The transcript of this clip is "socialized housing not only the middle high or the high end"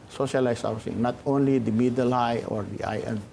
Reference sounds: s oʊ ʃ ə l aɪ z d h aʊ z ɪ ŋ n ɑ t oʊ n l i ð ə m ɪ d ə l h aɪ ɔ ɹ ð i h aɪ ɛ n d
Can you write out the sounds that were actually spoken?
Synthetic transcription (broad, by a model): s oʊ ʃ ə l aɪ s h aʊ s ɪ ŋ n ɑ t oʊ n l i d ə m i d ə l h aɪ ɔ ɹ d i aɪ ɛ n